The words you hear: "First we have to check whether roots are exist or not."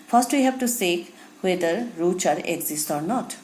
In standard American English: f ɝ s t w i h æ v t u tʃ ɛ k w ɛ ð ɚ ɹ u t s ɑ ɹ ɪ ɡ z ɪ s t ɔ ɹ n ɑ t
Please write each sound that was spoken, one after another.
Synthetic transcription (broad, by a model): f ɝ s t w i h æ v t u s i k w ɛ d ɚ ɹ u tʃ ɑ ɹ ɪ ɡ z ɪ s t ɔ ɹ n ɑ t